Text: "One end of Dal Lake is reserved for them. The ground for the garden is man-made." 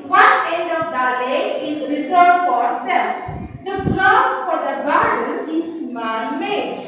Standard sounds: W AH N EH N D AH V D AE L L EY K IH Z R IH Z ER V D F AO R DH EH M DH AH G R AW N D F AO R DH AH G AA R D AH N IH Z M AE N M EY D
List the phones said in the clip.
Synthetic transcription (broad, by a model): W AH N EH N D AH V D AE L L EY IH Z R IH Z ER D F AO R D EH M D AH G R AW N F AO R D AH G AA R D AH N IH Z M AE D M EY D